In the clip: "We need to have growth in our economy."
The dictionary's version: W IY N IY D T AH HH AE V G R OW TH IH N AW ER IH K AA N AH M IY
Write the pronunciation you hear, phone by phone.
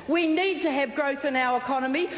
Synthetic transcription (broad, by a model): W IY N IY D T AH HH V G R OW TH IH N AW ER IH K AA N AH M IY